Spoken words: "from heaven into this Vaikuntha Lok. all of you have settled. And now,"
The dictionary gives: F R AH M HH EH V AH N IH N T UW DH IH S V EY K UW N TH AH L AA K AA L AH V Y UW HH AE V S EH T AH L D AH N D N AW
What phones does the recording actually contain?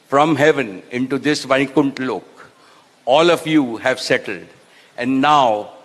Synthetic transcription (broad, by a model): F R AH M HH EH V AH N IH N T UW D IH S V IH K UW N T L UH K AA L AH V Y UW HH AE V S EH T AH L D AH N D N AW